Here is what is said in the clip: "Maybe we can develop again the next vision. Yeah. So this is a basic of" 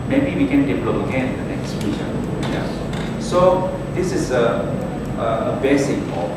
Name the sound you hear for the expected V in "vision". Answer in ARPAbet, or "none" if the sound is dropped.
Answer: F